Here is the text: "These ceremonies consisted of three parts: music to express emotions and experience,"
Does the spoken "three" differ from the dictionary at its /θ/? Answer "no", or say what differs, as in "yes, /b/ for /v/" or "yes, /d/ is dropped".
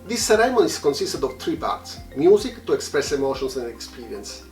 yes, /t/ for /θ/